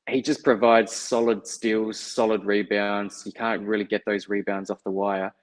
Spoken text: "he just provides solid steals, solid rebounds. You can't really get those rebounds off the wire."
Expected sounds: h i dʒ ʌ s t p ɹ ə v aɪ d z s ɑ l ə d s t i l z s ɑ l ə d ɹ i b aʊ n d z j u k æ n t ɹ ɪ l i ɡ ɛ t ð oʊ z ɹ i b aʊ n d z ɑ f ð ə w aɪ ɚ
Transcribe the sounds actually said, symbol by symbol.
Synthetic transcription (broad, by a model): h i dʒ ʌ s p ɹ ə v aɪ d z s ɑ l ə d s t i l z s ɑ l ə d ɹ i b aʊ n d z j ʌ k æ n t ɹ ɪ l i ɡ ɛ t ð oʊ z ɹ i b aʊ n d z ɑ f ð ə w aɪ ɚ